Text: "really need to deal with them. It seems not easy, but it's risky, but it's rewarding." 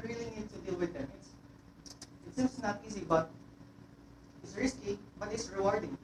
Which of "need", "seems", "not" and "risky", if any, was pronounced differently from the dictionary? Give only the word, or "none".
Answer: seems